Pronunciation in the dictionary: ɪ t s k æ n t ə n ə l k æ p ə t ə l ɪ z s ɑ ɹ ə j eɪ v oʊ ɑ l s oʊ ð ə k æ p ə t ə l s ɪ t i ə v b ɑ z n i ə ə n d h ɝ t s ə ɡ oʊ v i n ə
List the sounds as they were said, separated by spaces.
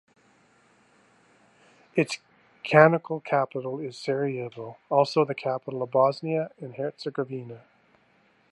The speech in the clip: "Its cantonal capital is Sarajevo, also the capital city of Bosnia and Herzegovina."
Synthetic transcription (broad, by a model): ɪ t s k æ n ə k l k æ p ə t l ɪ z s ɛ ɹ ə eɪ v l ɑ l s oʊ ð ə k æ p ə t l ə v b ɑ z n i ə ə n h ɝ t s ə ɡ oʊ v i n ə